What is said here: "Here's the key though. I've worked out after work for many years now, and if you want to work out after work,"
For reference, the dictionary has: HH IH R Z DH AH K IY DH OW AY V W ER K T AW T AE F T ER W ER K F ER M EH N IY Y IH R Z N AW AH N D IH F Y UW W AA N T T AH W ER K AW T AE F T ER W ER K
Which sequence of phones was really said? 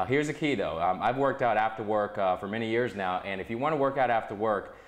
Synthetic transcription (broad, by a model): HH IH R Z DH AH K IY DH OW AY V W ER K T AW T AE F T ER W ER K F ER M EH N IY Y IH R Z N AW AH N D IH F Y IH W AA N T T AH W ER K AW T AE F T ER W ER K